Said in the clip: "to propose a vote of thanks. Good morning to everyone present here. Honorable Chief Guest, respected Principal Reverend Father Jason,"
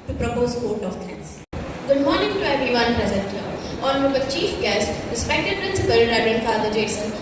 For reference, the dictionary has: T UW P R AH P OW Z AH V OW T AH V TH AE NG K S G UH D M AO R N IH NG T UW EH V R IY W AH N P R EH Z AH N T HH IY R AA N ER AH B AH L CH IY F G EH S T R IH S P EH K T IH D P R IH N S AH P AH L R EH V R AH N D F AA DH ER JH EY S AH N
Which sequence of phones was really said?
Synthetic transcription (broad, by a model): T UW P R AH P OW Z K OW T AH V T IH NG S G UH D M AO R N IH NG T UW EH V IY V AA N P R EH Z AH N T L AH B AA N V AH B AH CH IY F G EH S T R IH S P EH K T IH D P R IH N S AH P AH L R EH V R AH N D F AA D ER JH EY S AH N